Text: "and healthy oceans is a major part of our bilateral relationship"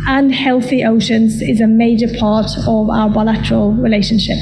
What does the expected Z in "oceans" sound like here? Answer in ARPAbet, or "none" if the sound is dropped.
Z